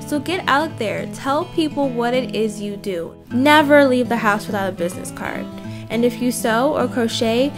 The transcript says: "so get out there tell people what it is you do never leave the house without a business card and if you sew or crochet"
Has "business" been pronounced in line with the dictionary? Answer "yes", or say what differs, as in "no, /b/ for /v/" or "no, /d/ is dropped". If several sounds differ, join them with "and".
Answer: yes